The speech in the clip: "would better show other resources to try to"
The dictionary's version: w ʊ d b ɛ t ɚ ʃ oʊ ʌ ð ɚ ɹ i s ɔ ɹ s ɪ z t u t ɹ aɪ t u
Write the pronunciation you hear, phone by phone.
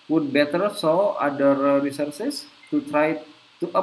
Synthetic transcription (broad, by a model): w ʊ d b ɛ t ɚ s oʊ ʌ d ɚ ɹ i s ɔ ɹ s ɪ s t u t ɹ aɪ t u